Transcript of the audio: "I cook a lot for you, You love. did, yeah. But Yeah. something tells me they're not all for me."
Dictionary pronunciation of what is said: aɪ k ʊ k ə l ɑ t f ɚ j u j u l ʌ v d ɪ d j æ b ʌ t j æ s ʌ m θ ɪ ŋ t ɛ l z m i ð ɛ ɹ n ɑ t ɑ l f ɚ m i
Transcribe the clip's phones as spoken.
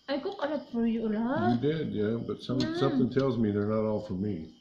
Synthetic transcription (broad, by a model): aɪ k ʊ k ə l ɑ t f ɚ j u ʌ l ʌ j d ɪ d j æ b ʌ t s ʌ s ʌ m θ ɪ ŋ t ɛ l z m i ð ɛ ɹ n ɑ t ɑ l f ɚ m i